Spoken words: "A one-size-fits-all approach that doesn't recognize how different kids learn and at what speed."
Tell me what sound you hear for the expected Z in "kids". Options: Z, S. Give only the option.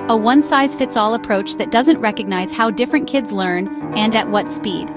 Z